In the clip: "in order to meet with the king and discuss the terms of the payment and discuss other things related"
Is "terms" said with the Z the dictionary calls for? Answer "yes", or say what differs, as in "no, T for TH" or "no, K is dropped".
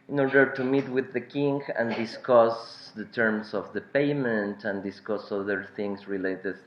no, S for Z